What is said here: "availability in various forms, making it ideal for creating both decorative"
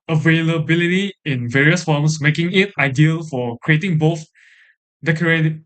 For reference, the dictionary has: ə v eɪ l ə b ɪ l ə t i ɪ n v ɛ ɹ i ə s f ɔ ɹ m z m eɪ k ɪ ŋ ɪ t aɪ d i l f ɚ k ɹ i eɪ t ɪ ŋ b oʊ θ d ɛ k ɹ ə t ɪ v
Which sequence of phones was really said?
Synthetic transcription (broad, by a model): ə v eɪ l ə b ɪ l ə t i ɪ n v ɛ ɹ i ə s f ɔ m s m eɪ k ɪ ŋ ɪ t aɪ d i l f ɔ k ɹ i eɪ t ɪ ŋ b oʊ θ d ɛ k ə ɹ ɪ